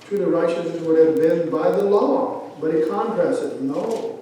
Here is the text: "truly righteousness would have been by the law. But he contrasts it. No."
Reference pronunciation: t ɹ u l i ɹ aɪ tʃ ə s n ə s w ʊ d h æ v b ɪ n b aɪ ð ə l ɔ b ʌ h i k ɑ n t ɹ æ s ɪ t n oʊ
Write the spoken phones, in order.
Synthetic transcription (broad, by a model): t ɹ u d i ɹ aɪ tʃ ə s ə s w ʊ d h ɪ v b ɪ n b aɪ ð ə l ɔ b ʌ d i k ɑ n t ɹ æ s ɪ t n oʊ